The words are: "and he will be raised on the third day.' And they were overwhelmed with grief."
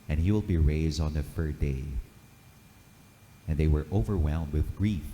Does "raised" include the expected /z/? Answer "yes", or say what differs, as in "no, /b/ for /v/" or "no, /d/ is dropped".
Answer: yes